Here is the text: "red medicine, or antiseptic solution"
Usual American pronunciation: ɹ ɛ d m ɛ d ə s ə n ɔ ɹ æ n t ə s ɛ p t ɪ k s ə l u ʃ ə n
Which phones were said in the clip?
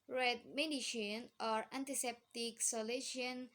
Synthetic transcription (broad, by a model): ɹ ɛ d m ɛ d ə ʃ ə n ɔ ɹ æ n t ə s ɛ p t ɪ k s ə l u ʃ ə n